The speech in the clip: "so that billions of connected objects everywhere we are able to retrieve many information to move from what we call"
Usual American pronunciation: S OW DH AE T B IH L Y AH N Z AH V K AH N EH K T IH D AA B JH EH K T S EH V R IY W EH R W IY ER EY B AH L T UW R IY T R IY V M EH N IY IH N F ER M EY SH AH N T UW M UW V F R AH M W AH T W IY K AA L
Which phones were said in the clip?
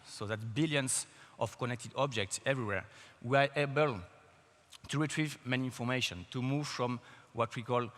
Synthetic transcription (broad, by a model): S OW DH AE T B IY L Y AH N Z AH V K AH N EH K T IH D AA B JH EH K T S EH V R IY W EH R W IY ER EY B AH L T UW R IY T R IY V M EH N IY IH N F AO M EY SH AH N T UW M UW V F R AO M W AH T W IY K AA L